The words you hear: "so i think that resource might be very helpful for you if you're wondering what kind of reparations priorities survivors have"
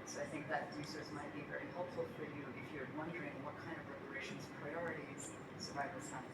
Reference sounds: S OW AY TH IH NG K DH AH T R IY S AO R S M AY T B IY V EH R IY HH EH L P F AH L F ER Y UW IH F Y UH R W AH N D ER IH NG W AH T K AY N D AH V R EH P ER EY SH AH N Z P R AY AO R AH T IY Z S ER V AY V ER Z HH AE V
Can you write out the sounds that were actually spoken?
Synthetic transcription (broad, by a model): S OW AY TH IH NG K DH AH T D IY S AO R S M AY T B IY V EH R IY HH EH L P F L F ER Y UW IH F Y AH R W AH N D ER IH NG W AH T K AY N D AH V R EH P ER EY SH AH N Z P R AY AO R AH T IY Z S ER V AY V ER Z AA